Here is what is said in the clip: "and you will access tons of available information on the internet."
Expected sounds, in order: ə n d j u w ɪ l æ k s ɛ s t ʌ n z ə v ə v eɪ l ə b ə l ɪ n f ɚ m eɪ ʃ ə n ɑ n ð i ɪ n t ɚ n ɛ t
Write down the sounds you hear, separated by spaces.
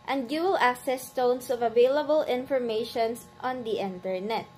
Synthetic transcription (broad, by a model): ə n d j u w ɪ l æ k s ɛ s t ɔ n s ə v ə v eɪ l ə b ə l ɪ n f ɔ m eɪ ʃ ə n ɑ n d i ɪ n t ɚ n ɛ t